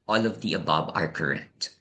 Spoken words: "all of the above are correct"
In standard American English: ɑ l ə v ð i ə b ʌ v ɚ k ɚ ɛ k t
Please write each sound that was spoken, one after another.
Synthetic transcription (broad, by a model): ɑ l ə v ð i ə b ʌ b ɚ k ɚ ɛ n t